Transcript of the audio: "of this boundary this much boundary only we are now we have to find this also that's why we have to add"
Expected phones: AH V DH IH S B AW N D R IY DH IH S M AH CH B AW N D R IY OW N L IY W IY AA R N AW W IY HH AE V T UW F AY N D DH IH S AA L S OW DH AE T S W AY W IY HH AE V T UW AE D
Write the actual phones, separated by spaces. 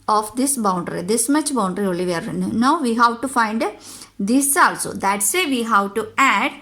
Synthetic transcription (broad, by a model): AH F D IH S B AW N D R IY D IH S M AH CH B AW N D R IY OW L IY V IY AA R N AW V IY HH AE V T UW F AY N D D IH S AA L S OW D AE T S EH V IY HH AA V T UW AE D